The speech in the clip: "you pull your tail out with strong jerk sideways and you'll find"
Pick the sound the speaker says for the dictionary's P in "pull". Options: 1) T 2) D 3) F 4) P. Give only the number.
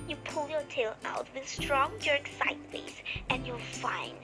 4